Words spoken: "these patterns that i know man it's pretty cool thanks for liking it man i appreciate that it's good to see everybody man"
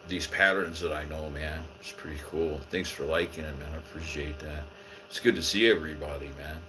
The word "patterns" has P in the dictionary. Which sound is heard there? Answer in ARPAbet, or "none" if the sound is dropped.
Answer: P